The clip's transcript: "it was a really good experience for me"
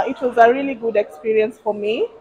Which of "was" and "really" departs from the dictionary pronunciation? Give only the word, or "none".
none